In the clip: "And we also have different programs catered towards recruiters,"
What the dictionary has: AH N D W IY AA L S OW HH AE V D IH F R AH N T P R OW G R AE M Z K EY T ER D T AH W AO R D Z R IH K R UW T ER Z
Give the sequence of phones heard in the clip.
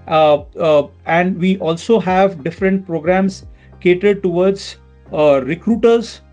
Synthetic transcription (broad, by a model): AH N D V IY AA L S OW HH AE V D IH F R AH N T P R OW G R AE M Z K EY T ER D T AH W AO R D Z R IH K R UW T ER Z